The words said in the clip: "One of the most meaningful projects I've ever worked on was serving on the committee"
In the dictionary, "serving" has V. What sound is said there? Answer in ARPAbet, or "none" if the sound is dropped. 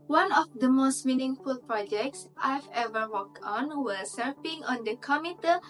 P